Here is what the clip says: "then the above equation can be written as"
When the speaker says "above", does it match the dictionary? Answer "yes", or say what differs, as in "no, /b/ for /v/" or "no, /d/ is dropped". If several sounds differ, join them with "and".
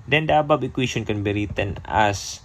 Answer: no, /b/ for /v/